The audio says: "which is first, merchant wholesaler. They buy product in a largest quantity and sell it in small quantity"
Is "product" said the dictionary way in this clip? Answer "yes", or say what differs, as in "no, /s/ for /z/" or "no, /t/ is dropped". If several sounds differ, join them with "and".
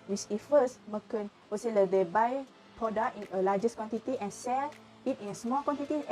no, /t/ is dropped